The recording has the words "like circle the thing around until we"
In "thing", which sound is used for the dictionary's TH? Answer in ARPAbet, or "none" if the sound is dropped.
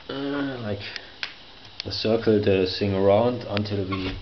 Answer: S